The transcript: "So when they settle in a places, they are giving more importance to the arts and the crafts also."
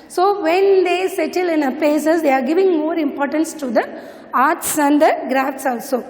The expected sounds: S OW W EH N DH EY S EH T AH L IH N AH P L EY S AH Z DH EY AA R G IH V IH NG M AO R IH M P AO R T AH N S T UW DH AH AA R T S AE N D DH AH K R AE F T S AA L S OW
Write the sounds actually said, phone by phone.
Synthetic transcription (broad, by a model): S OW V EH N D EY S EH T AH L IH N AH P EY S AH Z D EY AA R G IH V IH NG M AO R IH M P AO R T AH N S T UW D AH AA R T S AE N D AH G R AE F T S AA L S OW